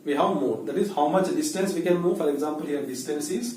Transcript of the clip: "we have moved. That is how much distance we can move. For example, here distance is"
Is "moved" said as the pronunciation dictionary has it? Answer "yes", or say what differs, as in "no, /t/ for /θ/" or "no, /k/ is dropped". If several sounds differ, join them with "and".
no, /v/ is dropped